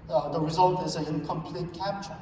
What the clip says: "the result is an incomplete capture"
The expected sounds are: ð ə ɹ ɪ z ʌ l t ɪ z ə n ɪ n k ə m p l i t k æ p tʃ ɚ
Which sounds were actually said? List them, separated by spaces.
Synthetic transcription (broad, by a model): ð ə ɹ ɪ z ʌ l t ɪ z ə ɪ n k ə m p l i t k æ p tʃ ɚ